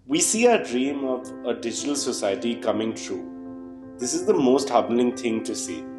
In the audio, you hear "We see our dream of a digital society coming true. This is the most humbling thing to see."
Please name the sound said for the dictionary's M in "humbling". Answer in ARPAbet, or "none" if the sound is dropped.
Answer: none